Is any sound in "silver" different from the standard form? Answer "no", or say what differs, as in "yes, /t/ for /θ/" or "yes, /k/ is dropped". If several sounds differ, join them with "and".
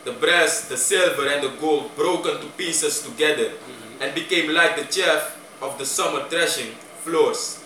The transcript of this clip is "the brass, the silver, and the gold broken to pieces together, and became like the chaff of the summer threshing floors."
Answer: no